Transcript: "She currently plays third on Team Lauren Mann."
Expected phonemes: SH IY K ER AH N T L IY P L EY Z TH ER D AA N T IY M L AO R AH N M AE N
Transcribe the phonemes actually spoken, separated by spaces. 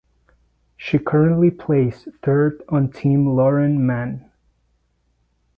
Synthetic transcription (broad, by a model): SH IY K ER AH N T L IY P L EY S TH ER D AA N T IY M L AO R AH N M AE N